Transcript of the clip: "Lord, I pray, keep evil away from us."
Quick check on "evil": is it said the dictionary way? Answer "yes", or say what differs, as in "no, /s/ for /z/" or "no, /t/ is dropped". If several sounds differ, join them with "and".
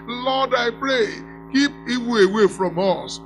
no, /w/ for /v/